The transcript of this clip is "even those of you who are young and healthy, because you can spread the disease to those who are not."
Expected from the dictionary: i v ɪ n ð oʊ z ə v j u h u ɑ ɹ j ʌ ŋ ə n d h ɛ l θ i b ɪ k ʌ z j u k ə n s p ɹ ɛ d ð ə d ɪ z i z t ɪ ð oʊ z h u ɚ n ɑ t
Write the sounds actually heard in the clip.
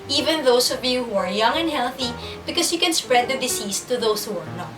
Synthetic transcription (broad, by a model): i v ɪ n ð oʊ s ə v j u h u ɑ ɹ j ʌ ŋ ə n d h ɛ l θ i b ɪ k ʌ s j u k ə n s p ɹ ɛ d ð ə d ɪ s i s t ɪ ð oʊ s h u ɚ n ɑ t